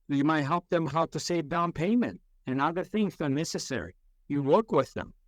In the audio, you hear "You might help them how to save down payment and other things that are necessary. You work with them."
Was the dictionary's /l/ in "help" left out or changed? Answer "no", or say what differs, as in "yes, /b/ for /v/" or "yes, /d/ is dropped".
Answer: no